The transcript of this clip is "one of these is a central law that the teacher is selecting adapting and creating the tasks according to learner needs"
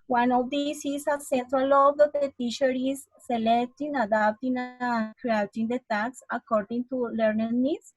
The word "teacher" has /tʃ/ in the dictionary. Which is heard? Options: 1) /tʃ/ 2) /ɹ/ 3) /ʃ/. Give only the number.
3